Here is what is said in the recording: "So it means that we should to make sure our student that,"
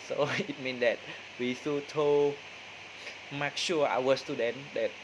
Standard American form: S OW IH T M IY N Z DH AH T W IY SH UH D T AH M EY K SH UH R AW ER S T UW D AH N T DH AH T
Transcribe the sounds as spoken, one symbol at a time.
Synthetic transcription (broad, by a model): S OW IH T M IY N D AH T W IY S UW T AH M EY K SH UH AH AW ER S T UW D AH N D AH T